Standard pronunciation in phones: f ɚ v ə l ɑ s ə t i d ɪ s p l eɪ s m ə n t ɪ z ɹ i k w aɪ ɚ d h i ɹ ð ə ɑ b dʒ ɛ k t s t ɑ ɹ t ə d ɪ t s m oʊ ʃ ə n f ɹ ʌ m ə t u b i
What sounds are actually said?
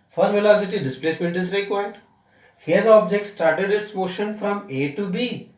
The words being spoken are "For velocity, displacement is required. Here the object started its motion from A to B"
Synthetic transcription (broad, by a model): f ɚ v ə l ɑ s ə t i d ɪ s p l eɪ s m ə n t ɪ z ɹ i k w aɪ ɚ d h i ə ɑ b dʒ ɛ k t s t ɑ ɹ t ə d ɪ t s m oʊ ʃ ə n f ɹ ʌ m ə t u b i